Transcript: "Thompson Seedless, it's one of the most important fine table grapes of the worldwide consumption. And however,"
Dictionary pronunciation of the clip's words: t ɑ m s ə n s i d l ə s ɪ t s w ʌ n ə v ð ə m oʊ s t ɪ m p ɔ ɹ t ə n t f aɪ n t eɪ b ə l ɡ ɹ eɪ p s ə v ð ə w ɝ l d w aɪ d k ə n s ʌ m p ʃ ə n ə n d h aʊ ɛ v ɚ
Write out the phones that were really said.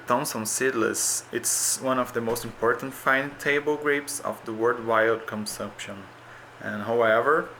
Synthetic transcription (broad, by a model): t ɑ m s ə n s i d l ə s ɪ t s w ʌ n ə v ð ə m oʊ s t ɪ m p ɔ ɹ t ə n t f aɪ n t eɪ b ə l ɡ ɹ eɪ p s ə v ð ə w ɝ d w aɪ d k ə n s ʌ m p ʃ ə n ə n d h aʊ ɛ v ɚ